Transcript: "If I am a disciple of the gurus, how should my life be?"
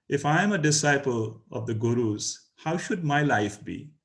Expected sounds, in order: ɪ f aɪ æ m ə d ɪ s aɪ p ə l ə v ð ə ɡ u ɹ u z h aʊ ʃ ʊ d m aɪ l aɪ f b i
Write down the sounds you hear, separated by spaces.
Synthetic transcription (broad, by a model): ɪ f aɪ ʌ m ə d ɪ s aɪ p ə l ə v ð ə ɡ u ɹ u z h aʊ ʃ ʊ d m aɪ l aɪ f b i